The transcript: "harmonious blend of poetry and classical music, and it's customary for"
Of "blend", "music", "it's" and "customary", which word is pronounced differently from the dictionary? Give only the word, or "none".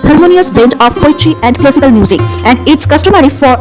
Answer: blend